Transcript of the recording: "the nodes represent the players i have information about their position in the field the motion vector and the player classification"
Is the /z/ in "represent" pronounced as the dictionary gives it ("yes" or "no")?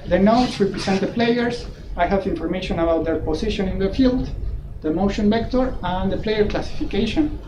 no